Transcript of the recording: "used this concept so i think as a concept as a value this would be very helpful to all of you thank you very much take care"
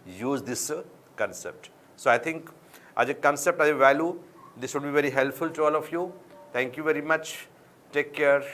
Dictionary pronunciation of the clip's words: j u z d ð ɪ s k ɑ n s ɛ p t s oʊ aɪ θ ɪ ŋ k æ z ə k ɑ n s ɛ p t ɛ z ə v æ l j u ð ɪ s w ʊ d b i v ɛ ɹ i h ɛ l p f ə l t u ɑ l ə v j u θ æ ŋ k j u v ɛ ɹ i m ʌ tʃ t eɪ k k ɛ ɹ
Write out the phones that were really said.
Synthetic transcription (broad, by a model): j u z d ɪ s k ɑ n s ɛ p t s oʊ aɪ t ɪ ŋ k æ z ə k ɑ n s ɛ p t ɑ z ə v æ l j u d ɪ s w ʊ d b i v ɛ ɹ i h ɛ l p f ə l t u ɑ l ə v j u t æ ŋ k j u v ɛ ɹ i m ʌ tʃ t eɪ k k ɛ ɹ